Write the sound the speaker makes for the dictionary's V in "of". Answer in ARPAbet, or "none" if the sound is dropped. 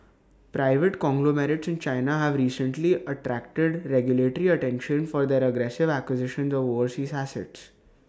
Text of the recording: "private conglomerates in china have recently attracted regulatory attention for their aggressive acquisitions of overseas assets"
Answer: V